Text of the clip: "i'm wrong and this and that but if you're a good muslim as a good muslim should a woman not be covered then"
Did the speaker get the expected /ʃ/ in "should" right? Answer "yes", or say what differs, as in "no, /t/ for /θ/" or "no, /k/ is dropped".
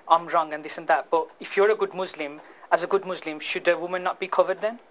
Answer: yes